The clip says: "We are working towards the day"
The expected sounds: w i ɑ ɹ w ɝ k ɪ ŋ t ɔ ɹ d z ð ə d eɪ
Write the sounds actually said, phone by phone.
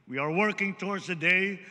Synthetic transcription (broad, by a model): w i ɑ ɹ w ɝ k ɪ ŋ t ɔ ɹ d z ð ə d eɪ